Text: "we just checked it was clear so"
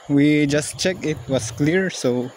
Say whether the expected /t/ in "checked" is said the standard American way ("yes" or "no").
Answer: no